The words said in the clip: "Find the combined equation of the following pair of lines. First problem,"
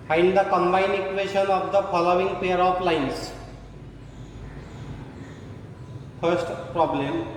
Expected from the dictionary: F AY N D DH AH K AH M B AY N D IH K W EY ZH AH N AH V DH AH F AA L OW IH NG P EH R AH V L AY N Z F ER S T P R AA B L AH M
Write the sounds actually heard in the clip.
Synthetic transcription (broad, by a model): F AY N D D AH K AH M B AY N IH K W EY SH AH N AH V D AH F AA L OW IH NG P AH R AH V L AY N S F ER S T P R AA B L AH M